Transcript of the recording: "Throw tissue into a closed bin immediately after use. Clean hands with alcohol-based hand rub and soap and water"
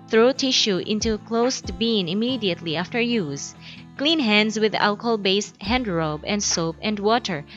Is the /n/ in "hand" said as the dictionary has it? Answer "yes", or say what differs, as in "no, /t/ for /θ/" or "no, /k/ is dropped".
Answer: yes